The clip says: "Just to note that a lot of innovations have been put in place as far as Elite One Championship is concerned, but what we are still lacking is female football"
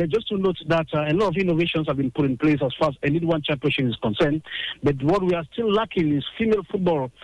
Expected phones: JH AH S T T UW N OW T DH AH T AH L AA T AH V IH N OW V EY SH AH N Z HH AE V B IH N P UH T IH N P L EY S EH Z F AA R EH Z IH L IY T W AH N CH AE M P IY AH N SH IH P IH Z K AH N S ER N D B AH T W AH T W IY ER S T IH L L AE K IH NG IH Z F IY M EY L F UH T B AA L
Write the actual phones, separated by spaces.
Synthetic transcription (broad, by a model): JH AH S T T UW N OW T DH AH T AH L AA T AH V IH N OW V EY SH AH N S HH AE V B IH N P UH T IH N P L EY S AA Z F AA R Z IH N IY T W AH N CH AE M P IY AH N SH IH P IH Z K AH N S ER N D B AH T W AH T W IY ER S T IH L L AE K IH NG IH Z F IY M EY L F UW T B AA L